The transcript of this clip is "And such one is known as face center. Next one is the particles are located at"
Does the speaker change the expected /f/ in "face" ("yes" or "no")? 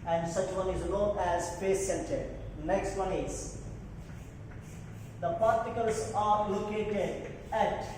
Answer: yes